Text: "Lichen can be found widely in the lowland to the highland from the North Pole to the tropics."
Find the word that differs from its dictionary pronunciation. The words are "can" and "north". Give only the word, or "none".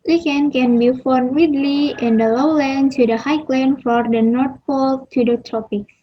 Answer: north